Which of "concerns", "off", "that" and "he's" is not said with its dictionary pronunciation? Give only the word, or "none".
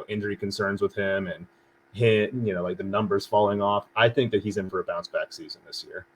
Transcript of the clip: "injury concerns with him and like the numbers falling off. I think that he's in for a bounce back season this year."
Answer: none